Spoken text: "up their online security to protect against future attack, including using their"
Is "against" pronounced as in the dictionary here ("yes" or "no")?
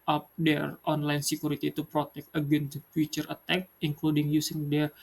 no